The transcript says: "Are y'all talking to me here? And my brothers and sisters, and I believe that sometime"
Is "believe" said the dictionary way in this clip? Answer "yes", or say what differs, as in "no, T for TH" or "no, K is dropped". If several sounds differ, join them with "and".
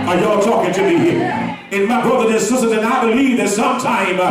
yes